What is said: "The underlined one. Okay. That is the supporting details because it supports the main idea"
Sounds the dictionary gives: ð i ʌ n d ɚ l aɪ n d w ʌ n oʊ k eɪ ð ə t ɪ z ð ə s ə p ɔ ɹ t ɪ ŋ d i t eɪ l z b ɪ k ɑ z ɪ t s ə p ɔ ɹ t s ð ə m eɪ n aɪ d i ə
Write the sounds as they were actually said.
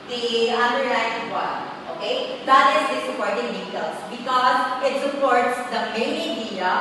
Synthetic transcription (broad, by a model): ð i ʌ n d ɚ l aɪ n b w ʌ oʊ k eɪ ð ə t ɪ z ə s ə p ɔ ɹ t ɪ ŋ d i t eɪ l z b ɪ k ɑ z ɪ t s ə p ɔ ɹ t s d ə m eɪ n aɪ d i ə